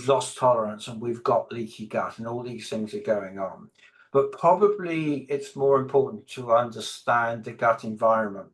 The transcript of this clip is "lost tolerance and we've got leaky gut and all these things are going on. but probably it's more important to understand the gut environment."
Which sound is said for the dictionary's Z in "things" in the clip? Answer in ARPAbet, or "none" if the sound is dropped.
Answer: Z